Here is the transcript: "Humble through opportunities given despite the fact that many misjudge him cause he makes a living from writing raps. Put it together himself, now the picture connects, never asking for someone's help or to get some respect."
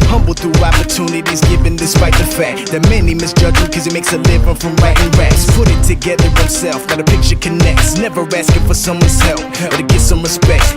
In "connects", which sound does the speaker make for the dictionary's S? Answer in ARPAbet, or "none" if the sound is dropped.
S